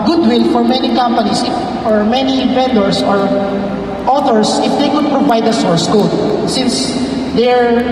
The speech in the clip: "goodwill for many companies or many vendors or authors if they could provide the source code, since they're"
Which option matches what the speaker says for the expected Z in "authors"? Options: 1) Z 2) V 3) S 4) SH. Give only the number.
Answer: 3